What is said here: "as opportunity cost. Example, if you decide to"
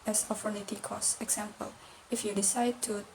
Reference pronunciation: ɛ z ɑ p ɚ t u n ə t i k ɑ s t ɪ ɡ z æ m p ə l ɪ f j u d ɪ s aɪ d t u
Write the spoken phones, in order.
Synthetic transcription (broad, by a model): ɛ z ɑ f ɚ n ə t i k ɑ s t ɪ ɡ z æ m p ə l ɪ f j u d ɪ s aɪ d t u